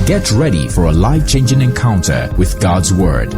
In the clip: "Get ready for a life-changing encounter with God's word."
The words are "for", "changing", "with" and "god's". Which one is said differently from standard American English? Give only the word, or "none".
none